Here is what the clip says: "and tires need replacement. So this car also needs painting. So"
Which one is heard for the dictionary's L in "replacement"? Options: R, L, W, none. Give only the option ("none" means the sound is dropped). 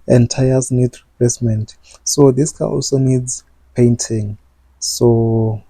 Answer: none